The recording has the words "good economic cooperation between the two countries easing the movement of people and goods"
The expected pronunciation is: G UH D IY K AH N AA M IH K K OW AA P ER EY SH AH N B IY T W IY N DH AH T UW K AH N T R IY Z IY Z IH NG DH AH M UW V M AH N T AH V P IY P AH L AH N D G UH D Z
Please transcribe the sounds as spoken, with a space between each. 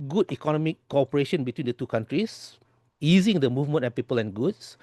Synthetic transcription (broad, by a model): G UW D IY K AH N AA M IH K K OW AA P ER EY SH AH N B IY T W IY N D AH T UW K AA N T R IY S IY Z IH NG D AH M UW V M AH N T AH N P IY P AH L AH N G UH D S